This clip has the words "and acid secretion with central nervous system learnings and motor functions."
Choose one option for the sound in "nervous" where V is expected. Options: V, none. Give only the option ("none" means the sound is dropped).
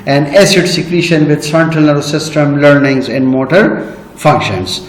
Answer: none